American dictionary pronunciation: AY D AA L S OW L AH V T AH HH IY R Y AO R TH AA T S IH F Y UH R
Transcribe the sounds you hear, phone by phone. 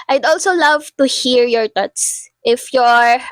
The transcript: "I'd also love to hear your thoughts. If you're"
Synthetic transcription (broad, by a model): AY D AA L S OW L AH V T AH HH IY R Y AO R T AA T S IH F Y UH R